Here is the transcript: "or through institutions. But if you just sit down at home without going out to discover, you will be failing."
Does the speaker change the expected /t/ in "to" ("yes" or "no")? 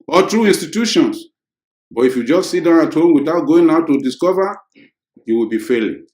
no